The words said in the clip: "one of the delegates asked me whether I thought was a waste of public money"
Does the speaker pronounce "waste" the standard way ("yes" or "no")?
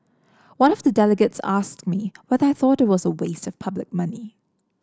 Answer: yes